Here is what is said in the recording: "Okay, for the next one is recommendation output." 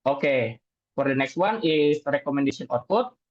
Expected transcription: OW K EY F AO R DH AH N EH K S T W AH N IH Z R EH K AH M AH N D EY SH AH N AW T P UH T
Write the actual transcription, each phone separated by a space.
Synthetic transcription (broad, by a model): OW K EY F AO R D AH N EH K S T W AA N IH S R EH K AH M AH N D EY S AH N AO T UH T